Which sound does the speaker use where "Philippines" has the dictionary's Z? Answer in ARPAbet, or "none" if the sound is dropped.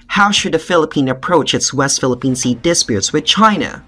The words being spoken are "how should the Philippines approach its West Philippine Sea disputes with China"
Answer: none